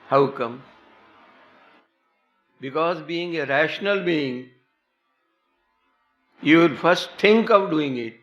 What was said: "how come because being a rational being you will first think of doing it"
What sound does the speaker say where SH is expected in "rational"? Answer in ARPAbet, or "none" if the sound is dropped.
SH